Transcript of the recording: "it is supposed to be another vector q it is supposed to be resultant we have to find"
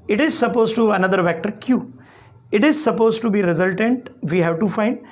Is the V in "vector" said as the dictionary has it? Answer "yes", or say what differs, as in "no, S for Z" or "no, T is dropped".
yes